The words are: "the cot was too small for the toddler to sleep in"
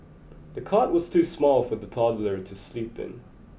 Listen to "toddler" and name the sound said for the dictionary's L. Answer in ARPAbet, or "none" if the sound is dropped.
L